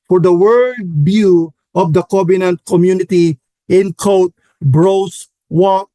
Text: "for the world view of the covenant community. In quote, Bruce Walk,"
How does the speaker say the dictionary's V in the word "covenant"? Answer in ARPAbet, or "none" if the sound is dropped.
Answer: B